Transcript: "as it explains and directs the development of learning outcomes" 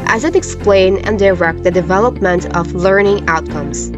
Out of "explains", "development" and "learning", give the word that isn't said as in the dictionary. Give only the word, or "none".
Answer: explains